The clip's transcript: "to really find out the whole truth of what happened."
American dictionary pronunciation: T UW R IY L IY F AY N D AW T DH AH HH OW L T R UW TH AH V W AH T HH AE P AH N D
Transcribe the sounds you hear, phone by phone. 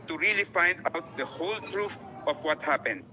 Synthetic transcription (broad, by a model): T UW R IY L IY F AY N D AW T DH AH HH OW L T R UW F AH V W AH T HH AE P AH N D